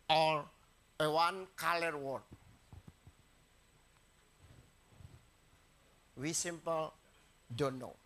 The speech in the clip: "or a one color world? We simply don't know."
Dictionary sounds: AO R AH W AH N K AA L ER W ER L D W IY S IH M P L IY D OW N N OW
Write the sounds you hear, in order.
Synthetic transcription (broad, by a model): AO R AH W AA N K AA L ER W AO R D W IY S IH M P L D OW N N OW